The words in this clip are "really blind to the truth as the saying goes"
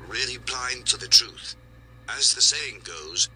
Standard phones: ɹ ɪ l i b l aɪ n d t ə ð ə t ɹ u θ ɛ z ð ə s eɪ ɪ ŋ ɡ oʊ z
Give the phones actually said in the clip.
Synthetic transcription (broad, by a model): ɹ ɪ l i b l aɪ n t ə ð ə t ɹ u θ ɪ z ð ə s eɪ ɪ ŋ ɡ oʊ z